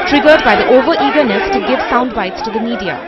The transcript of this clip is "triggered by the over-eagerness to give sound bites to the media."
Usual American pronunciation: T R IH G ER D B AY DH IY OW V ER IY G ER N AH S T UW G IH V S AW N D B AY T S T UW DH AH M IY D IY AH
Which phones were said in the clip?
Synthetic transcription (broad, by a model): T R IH G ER D B AY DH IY OW V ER IY G ER N AH S T UW G IH V S AW N D B AY T S T UW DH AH M IY D IY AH